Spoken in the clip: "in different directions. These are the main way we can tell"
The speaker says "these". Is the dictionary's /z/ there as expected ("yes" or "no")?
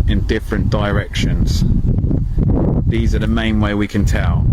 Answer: yes